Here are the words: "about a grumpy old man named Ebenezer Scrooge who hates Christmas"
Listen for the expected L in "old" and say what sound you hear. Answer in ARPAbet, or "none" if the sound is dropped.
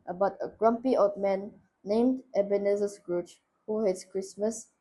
none